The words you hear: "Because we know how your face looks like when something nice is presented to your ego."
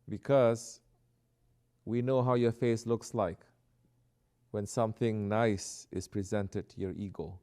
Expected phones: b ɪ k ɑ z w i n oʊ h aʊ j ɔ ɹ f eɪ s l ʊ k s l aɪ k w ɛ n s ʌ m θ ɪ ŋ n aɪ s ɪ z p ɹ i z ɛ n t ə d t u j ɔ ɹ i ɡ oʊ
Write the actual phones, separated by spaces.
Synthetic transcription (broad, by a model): b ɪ k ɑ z w i n oʊ h aʊ j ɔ f eɪ s l ʊ k s l aɪ k w ɛ n s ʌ m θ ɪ ŋ n aɪ s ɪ s p ɹ i z ɛ n t ə d t u j ɔ ɹ i ɡ oʊ